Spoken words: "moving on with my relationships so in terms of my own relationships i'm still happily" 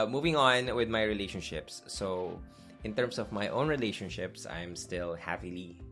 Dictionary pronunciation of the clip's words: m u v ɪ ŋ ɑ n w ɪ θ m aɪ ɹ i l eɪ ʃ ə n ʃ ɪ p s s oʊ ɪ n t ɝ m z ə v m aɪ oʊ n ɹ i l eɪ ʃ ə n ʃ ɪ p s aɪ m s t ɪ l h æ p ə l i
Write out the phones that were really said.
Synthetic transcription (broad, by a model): m u v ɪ ŋ ɑ n w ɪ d m aɪ ɹ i l eɪ ʃ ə n ʃ ɪ p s s oʊ ɪ n t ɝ m s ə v m aɪ oʊ n ɹ i l eɪ ʃ ə n ʃ ɪ p s aɪ m s t ɪ l h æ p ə l i